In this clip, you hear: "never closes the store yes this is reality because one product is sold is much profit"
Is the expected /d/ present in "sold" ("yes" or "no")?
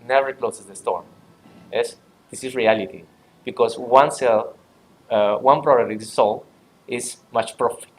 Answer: no